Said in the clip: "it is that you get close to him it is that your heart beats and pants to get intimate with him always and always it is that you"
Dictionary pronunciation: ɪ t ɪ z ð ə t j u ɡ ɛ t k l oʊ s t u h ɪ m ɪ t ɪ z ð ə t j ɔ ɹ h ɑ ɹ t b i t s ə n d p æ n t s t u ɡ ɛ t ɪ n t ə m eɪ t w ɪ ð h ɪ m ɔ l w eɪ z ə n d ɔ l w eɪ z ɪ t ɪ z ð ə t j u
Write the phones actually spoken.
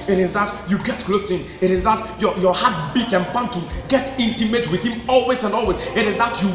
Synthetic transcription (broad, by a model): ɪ t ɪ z ð ə t j u ɡ ɛ t k l oʊ s t u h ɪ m ɪ t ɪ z ð ə t j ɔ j h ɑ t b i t ə n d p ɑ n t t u ɡ ɛ t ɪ n t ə m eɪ t w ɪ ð h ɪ m ɔ l w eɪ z ə n d ɔ l w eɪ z ɪ t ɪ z ð ə t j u